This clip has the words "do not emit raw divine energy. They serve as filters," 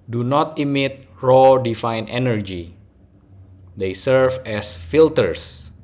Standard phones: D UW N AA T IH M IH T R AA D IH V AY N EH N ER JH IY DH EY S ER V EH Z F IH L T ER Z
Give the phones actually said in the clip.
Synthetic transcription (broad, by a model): D UW N AA T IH M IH T R AA D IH F AY N EH N ER JH IY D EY S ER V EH S F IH L T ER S